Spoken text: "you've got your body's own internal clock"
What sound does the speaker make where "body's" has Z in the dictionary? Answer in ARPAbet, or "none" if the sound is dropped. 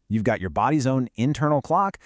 Z